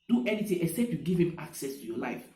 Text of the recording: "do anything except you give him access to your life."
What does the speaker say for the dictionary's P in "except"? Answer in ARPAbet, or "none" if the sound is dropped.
P